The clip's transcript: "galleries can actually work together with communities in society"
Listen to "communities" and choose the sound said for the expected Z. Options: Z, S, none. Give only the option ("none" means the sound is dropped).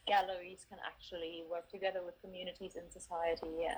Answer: Z